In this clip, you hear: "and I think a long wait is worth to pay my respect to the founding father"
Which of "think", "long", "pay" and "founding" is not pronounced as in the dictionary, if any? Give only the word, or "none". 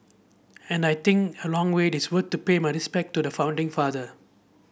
think